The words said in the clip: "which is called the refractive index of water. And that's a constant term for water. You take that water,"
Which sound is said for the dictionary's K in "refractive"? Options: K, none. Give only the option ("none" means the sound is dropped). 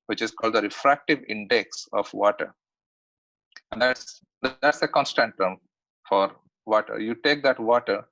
K